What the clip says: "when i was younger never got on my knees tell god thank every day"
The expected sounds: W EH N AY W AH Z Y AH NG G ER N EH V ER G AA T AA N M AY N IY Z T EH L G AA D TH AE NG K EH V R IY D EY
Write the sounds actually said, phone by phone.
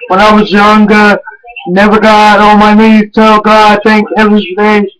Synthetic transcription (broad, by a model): W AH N AY W AH Z Y AH NG G ER N EH V ER G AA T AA L M AY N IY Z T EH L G AA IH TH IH NG K EH V R IY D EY